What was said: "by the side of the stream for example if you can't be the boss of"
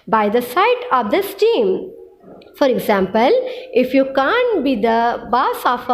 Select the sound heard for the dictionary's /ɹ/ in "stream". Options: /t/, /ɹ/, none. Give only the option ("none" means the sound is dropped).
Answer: none